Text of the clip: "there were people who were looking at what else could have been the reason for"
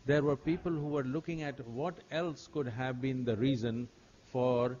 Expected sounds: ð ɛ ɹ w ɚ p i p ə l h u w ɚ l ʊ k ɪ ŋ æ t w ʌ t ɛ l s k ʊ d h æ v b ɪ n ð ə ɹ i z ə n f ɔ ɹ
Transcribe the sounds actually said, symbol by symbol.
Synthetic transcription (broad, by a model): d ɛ ɹ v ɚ p i p ə l h u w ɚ l ʊ k ɪ ŋ æ t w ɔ t ɛ l s k ʊ d h æ v b ɪ n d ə ɹ i z ə n f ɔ ɹ